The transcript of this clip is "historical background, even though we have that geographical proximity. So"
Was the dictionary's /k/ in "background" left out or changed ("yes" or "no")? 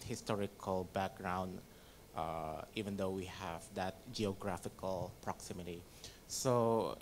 no